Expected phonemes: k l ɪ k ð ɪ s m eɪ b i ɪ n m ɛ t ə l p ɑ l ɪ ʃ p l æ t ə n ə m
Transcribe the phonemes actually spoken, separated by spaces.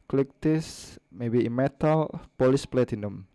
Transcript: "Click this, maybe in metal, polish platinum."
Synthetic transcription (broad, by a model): k l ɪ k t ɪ s m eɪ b i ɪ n m ɛ t ə l p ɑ l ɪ s p l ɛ t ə n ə m